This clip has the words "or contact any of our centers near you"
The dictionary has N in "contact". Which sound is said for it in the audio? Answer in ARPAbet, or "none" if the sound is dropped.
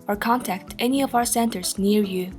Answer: N